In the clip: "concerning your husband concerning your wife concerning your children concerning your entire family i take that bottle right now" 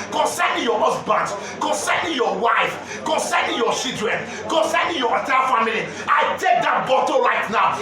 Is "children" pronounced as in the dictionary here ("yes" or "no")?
no